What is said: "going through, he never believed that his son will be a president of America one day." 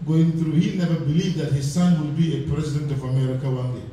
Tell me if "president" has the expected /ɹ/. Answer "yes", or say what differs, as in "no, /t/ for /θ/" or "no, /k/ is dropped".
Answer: yes